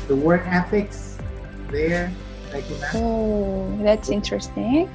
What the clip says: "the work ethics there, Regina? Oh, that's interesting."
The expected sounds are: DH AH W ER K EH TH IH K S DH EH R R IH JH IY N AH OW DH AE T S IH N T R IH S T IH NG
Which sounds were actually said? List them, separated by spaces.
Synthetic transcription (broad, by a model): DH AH W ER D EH F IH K S DH EH R L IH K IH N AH OW DH AE T S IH N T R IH S T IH NG